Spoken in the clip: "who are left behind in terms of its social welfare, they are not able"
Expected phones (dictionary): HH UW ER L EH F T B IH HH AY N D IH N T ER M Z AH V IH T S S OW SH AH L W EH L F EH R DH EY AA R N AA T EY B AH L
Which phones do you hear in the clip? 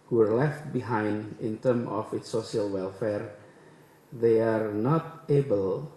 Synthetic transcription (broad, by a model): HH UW ER L EH F T B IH HH AY N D IH N T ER M AH F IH T S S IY AH L W EH L F EH R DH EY AA R N AA T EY B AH L